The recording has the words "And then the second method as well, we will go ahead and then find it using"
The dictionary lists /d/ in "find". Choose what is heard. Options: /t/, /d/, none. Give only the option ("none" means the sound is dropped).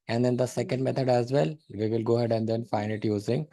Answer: none